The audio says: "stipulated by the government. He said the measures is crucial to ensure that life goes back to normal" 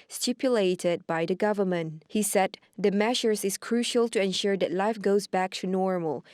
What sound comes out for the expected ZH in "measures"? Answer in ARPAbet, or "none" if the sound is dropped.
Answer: SH